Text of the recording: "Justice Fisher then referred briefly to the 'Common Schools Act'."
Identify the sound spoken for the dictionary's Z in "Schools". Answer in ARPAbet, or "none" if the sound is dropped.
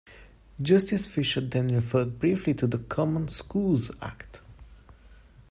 Z